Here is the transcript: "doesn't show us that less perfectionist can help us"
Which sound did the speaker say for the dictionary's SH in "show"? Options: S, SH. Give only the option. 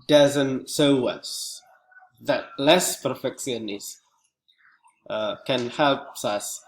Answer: S